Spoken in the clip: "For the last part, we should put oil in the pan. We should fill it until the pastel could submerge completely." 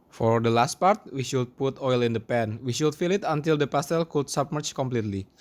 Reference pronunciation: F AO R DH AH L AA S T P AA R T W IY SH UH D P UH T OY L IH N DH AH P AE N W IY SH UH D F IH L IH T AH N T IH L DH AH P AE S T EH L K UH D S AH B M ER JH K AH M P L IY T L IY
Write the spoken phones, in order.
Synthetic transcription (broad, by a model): F AO R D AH L AA S T P AA R T W IY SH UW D P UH T OY L IH N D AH P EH N W IY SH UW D F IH L IH T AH N T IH L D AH P AE S T EH L K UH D S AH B M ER CH K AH M P L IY T L IY